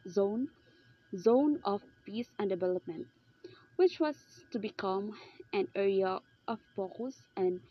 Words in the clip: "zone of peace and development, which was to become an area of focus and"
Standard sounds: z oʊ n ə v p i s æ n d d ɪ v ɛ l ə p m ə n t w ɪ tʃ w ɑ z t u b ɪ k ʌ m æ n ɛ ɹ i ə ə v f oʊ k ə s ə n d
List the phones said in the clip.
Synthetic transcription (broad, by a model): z oʊ n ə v p i s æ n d d ɪ v ɛ l ə p m ə n t w ɪ tʃ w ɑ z t u b ɪ k ʌ m æ n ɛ ɹ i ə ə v p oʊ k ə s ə n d